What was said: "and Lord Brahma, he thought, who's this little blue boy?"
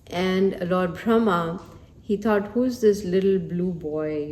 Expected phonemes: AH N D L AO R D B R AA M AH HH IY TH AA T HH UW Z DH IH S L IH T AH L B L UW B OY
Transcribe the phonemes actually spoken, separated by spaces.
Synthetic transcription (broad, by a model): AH N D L AO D B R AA M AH HH IY T AA T HH UW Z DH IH S L IH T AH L B L UW B OY